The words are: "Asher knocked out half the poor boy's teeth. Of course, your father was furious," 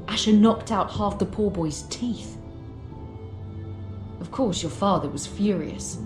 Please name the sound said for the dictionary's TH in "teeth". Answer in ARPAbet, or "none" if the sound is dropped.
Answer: TH